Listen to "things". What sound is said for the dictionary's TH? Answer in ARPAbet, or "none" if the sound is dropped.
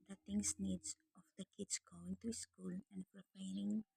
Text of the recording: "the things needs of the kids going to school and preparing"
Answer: T